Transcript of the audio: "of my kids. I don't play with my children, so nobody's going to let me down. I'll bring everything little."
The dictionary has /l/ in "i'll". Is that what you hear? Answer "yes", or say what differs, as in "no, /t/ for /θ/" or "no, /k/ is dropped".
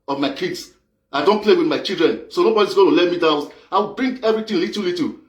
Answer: no, /w/ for /l/